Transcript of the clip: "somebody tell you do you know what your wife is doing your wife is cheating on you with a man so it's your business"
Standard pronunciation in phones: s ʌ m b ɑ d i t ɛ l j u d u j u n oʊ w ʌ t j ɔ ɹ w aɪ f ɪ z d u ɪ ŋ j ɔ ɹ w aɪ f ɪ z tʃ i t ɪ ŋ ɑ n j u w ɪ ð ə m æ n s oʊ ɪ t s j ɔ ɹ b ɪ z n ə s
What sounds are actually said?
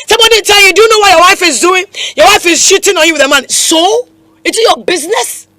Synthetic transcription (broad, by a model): s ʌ m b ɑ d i t ɛ l j u d u j u n oʊ w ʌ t j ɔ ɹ w aɪ f ɪ z d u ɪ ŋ j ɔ w aɪ f ɪ z ʃ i t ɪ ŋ ɑ n j u w ɪ ð ə m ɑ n s oʊ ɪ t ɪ j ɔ b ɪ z n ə s